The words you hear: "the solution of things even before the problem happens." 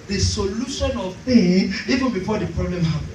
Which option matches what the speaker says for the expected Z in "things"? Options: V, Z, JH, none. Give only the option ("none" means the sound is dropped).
none